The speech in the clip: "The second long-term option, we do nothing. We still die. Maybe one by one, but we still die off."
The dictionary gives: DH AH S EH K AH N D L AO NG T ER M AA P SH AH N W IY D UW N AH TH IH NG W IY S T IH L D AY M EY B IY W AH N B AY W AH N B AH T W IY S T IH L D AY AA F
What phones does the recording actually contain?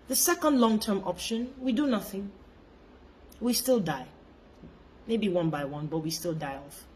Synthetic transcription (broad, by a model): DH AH S EH K AH N D L AO NG T ER M AA P SH AH N W IY D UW N AH TH IH NG W IY S T IH L D AY M EY B IY W AH N B AY W AH N B AH T W IY S T IH L D AY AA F